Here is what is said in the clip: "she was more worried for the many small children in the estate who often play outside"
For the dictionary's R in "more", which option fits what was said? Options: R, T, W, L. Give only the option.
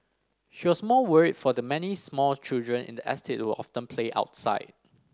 L